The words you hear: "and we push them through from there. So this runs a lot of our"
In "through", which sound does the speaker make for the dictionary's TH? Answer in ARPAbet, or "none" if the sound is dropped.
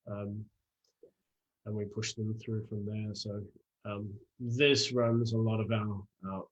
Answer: TH